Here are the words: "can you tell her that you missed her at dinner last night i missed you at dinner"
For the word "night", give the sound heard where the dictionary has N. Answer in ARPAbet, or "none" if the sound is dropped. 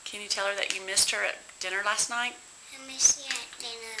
N